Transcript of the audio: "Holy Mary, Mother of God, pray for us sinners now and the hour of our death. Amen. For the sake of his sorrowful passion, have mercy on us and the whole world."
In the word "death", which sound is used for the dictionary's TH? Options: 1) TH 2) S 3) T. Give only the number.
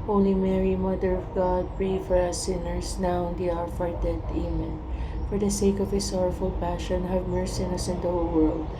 3